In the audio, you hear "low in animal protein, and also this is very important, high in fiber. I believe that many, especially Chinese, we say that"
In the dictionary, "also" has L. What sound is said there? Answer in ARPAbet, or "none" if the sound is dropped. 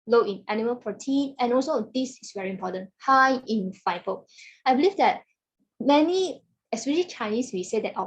L